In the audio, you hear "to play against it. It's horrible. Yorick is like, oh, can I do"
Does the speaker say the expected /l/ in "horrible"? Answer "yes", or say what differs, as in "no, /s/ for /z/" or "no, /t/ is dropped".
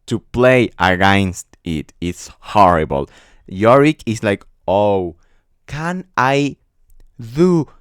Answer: yes